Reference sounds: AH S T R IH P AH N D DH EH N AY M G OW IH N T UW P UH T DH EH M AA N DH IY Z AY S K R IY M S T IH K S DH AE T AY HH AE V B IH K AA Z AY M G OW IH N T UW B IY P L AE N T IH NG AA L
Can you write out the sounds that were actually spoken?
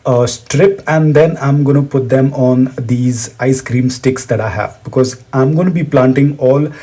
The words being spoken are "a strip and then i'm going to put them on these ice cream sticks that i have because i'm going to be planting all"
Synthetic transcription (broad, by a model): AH S T R IH P AH N D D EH N AY M G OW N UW P UH T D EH M AA N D IY Z AY S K R IY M S T IH K S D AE T AY HH AE V B IH K AA Z AY M G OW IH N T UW B IY P L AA N T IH NG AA L